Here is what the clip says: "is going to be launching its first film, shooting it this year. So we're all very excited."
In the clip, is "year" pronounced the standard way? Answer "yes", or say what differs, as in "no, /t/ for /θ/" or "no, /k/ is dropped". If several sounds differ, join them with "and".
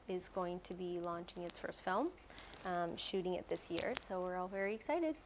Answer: yes